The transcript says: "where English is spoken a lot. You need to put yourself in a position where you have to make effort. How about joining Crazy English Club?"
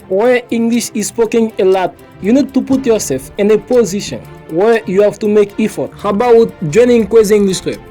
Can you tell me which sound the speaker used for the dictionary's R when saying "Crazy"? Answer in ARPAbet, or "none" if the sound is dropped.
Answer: W